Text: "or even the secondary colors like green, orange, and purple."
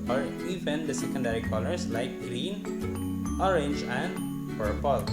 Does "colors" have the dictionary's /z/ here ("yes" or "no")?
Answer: no